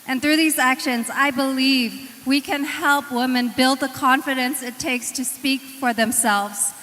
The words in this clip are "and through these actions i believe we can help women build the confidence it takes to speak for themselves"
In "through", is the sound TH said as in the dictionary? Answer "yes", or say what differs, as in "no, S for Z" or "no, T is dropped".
yes